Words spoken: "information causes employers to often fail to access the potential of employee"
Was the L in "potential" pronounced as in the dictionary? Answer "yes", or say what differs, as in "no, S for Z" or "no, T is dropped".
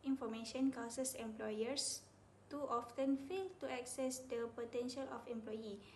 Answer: yes